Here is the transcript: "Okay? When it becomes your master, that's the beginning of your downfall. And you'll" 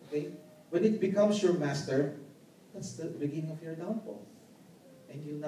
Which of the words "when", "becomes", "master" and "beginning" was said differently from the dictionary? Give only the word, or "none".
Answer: becomes